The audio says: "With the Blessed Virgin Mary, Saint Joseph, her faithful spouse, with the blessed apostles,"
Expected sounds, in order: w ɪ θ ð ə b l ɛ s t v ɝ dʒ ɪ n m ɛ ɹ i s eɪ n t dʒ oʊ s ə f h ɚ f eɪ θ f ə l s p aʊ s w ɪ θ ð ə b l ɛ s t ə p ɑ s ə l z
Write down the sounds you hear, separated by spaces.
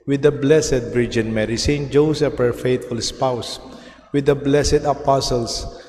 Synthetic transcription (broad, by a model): w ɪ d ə b l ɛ s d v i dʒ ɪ n m ɛ ɹ i s eɪ n t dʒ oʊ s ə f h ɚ f eɪ t f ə l s p aʊ s w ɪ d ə b l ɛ s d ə p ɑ s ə l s